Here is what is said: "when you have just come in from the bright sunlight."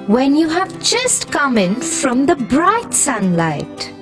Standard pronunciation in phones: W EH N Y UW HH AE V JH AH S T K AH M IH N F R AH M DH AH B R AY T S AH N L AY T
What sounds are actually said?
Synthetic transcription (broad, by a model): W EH N Y UW HH AE V JH AH S T K AH M IH N F R AH M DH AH B R AY T S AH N L AY T